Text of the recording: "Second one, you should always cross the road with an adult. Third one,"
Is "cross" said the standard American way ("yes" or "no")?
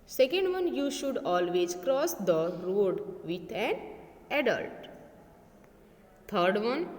yes